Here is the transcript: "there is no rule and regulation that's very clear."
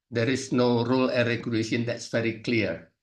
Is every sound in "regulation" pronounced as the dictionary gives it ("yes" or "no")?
no